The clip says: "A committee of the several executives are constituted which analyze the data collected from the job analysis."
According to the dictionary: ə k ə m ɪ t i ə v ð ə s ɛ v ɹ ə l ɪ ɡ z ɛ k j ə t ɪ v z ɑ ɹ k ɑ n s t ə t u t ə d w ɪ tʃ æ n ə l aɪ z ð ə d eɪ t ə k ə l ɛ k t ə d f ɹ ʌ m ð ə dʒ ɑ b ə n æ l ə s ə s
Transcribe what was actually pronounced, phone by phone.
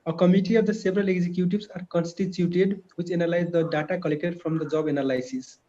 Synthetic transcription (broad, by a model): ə k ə m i t i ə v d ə s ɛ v ɹ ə l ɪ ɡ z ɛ k j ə t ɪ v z ɑ ɹ k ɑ n s t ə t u t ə d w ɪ tʃ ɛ n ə l aɪ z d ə d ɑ t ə k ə l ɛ k t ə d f ɹ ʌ m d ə dʒ ɑ b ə n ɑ l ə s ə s